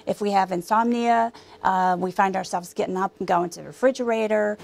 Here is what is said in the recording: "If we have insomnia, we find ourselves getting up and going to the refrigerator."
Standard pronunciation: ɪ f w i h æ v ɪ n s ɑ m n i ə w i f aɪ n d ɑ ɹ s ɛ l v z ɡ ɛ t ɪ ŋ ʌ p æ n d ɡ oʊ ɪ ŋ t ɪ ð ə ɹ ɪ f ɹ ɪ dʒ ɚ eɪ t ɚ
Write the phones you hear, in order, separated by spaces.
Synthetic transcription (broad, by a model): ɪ f w i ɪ v ɪ n s ɑ m n i ə w i f aɪ n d ɑ ɹ s ɛ l v z ɡ ɛ t ɪ ŋ ʌ p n ɡ oʊ ɪ ŋ t ɪ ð ɹ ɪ f ɹ ɪ dʒ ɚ eɪ t ɚ